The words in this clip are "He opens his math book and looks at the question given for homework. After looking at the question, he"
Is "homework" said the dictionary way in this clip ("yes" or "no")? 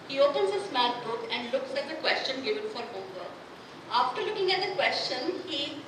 no